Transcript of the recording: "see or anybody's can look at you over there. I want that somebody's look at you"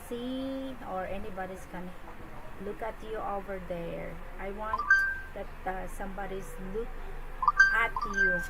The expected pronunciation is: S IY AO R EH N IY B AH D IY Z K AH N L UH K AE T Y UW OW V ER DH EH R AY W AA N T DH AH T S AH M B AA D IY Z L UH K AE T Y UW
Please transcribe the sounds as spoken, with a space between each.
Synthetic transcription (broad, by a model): S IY AO R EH N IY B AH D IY S K AH N L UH K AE T Y UW OW V ER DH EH R AY W AA N T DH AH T S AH M B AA D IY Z L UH K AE T Y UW